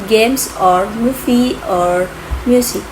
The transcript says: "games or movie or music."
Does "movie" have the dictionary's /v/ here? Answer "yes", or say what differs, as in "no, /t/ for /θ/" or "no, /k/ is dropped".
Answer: no, /f/ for /v/